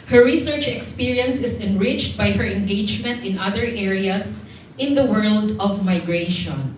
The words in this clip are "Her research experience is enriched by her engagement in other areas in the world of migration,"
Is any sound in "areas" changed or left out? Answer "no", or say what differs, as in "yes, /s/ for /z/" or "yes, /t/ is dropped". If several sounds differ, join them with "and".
yes, /s/ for /z/